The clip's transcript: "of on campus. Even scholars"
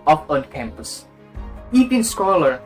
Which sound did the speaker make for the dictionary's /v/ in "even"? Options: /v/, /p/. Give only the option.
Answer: /p/